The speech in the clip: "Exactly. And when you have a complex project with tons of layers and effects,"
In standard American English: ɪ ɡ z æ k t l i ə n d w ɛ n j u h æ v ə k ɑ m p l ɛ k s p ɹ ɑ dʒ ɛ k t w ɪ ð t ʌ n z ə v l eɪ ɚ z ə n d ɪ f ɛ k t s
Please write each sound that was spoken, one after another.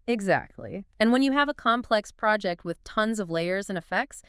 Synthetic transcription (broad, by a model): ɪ ɡ z æ k t l i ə n w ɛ n j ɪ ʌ v ə k ɑ m p l ɛ k s p ɹ ɑ dʒ ɛ k t w ɪ ð t ʌ n z ə v l eɪ ɚ z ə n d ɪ f ɛ k t s